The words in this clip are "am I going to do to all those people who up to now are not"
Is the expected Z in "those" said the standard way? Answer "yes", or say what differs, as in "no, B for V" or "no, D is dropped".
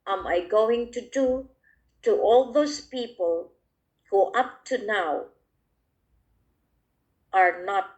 no, S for Z